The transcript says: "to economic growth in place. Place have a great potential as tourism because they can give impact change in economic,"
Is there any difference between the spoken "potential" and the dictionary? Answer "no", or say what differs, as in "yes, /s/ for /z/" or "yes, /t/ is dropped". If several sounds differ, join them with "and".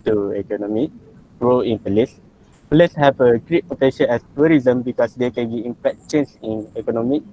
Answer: yes, /n/ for /l/